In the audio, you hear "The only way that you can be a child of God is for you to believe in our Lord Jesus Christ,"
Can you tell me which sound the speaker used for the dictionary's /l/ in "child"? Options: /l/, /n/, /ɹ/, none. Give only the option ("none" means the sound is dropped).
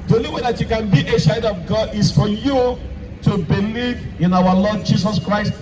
none